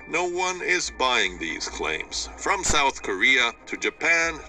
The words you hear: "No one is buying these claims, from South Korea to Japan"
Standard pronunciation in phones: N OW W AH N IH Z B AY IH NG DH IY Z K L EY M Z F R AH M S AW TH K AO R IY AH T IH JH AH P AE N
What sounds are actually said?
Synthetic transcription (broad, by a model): N OW W AH N IH Z B AY IH NG DH IY Z K L EY M Z F R AH M S AW TH K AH R IY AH T IH JH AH P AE N